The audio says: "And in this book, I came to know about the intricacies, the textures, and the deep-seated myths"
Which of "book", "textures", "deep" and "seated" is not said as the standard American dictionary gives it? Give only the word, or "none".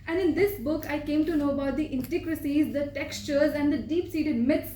none